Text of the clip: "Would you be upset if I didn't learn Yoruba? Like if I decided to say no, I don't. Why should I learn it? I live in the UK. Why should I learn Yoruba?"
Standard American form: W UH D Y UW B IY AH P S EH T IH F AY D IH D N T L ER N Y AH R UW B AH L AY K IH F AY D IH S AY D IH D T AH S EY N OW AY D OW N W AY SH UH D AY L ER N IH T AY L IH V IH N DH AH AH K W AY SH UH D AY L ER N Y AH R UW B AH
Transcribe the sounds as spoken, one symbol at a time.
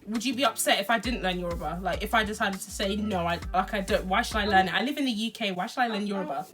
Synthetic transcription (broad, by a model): W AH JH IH B IY AH P S EH T IH F AY D IH D N T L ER N Y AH R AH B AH L AY K IH F AY D IH S AY D IH D T AH S EY N OW AY D OW N W AY SH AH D AY L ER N IH T AY L IH V IH N DH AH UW K W AY SH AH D AY L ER N Y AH R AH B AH